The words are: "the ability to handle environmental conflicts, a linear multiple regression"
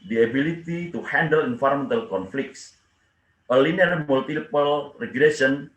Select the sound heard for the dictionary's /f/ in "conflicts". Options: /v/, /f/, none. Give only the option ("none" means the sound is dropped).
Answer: /f/